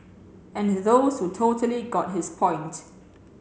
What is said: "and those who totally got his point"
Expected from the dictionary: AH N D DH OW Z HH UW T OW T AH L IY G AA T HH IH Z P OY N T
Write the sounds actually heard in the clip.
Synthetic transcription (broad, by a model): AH N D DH OW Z HH UW T OW T AH L IY G AA T HH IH S P OY N T